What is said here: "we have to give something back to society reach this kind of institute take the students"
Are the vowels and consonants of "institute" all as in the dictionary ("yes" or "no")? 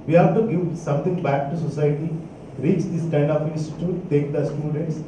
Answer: no